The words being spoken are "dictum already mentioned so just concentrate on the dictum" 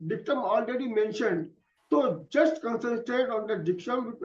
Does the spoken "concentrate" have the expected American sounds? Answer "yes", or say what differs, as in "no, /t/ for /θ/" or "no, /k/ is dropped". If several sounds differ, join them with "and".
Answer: no, /ɹ/ is dropped